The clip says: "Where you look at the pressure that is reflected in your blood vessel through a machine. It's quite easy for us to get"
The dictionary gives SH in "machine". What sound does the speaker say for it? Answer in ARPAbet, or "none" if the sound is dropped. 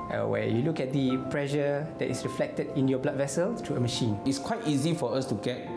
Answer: SH